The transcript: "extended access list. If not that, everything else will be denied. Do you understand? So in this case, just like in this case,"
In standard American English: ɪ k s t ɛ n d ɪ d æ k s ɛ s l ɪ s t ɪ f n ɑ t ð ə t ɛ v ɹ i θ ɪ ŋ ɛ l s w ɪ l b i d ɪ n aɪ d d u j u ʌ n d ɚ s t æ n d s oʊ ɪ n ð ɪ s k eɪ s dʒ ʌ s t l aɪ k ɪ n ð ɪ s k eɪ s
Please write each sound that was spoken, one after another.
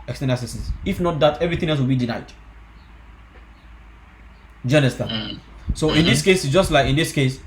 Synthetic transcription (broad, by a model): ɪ k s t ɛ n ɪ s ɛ s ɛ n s ɪ f n ɑ t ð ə t ɛ v ɹ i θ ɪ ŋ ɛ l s w ɪ l b i d ɪ n aɪ d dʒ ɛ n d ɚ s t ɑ s oʊ ɪ n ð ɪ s k eɪ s dʒ ʌ s t l aɪ k ɪ n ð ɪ s k eɪ s